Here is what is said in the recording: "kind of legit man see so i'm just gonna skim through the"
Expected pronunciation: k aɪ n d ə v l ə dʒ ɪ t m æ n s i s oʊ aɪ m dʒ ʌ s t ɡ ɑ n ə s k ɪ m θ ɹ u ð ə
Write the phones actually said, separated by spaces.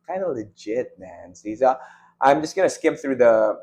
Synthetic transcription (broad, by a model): k aɪ n d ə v l ə dʒ ɪ t m æ n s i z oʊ aɪ m dʒ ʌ s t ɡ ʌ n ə s k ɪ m θ ɹ u ð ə